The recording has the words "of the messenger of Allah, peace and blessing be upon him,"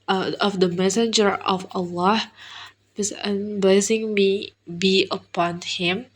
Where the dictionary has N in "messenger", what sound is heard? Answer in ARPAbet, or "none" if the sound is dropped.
N